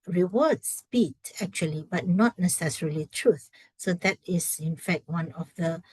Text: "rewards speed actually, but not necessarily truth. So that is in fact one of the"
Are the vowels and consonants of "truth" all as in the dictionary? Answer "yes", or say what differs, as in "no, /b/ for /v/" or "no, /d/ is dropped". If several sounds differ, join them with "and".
yes